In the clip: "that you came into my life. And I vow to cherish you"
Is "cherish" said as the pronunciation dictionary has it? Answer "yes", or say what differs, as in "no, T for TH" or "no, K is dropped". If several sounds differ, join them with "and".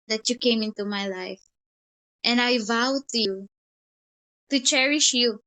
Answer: yes